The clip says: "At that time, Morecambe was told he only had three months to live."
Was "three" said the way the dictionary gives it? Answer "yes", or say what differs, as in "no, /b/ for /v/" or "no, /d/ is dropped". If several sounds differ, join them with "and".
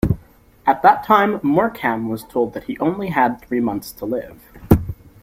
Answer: yes